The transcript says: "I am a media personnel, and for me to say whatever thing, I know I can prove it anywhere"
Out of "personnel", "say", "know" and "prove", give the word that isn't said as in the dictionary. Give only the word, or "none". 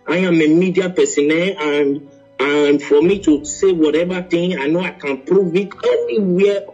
personnel